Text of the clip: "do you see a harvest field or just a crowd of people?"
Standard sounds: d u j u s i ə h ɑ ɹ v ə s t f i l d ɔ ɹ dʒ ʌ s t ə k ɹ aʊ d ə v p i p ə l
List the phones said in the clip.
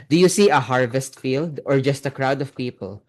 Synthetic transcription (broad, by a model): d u j u s i ə h ɑ ɹ v ə s t f i l d ɔ ɹ dʒ ʌ s t ə k ɹ aʊ d ə v p i p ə l